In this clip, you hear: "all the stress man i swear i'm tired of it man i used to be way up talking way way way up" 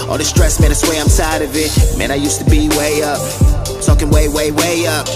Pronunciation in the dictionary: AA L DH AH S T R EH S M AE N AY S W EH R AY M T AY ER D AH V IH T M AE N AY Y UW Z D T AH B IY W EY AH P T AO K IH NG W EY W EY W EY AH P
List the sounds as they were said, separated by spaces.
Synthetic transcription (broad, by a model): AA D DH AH S T R EH S M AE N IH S W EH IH AY M S AY D AH V IH T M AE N AY Y UW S T AH B IY W EY AH P S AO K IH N W EY W EY W EY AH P